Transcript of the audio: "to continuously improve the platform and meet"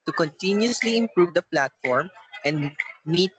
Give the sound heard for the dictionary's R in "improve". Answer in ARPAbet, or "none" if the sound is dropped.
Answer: R